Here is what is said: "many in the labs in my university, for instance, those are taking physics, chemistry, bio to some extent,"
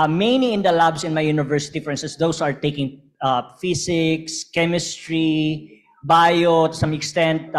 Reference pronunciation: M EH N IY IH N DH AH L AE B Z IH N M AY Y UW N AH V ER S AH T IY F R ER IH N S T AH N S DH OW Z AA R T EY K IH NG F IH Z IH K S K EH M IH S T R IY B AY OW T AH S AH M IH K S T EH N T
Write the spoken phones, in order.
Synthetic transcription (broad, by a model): M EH N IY IH N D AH L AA B S IH N M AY Y UW N AH V ER S AH T IY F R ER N S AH S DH OW S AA R T EY K IH NG F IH S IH K S K EH M IH S T R IY B AY OW T AH S AH M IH K S T EH N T